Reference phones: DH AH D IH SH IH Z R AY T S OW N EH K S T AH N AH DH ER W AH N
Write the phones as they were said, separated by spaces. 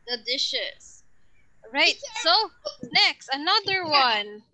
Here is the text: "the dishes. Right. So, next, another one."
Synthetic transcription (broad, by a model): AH D IH SH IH S R AY T S OW N EH K S T AH N AH DH ER W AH N